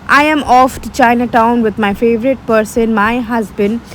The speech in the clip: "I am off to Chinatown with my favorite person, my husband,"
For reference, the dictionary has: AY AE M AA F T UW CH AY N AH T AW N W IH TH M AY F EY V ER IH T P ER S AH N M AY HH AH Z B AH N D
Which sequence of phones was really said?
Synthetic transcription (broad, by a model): AY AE M AA F T UW CH AY N AH T AW N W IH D M AY F EY V ER IH T P ER S AH N M AY HH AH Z B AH N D